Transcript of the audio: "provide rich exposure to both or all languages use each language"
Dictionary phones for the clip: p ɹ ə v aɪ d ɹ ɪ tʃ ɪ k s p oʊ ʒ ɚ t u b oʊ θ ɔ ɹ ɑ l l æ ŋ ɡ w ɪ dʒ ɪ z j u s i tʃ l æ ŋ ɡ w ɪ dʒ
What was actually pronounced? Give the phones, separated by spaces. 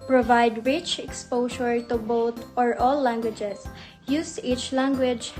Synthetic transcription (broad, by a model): p ɹ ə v aɪ d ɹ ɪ tʃ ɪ k s p oʊ ʃ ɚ t u b oʊ t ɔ ɹ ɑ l l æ ŋ ɡ w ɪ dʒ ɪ s j u s i tʃ l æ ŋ ɡ w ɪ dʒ